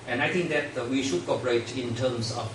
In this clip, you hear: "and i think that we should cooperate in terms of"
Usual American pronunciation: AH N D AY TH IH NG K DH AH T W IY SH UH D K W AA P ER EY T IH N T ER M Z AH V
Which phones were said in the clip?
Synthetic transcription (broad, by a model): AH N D AY T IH NG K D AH T W IY SH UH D K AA P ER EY T IH N T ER M S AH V